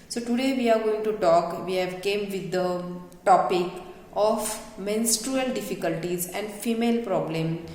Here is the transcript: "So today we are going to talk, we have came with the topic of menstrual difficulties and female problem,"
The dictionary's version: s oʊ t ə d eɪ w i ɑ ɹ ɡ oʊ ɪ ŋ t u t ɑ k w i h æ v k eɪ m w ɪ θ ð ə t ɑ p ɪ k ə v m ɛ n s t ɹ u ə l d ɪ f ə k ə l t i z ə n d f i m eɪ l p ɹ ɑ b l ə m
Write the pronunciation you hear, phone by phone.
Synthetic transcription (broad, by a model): s oʊ t ə d eɪ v i ɑ ɹ ɡ oʊ ɪ ŋ t u t ɑ k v i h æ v k eɪ m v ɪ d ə t ɑ p ɪ k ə f m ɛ n s t ɹ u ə l d ɪ f ə k ə l t i z ə n d f i m eɪ l p ɹ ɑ b l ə m